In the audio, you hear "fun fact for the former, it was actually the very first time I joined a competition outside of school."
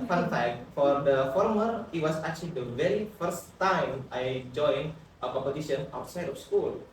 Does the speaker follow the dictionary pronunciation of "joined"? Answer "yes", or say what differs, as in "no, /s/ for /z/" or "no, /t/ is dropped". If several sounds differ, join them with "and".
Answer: no, /d/ is dropped